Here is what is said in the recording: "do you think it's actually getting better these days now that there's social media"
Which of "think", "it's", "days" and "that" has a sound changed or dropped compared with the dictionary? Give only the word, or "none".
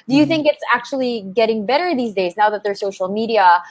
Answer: none